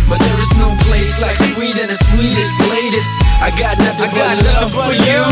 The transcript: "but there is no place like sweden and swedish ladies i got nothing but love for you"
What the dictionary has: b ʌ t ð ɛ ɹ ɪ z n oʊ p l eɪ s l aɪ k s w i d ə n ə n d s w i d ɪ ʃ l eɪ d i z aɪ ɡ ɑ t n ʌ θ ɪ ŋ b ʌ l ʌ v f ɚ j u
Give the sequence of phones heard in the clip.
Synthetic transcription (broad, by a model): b ʌ t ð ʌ ɹ ɪ z n oʊ p l eɪ s l aɪ k s w i d ə n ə s w i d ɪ s l eɪ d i s aɪ ɡ ɑ t n ʌ θ ɪ ŋ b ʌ n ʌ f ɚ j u